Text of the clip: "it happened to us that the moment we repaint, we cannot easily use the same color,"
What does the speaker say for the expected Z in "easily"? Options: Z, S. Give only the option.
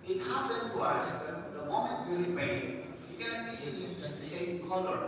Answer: S